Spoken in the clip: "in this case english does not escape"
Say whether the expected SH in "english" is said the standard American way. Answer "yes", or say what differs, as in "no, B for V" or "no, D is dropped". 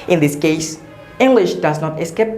yes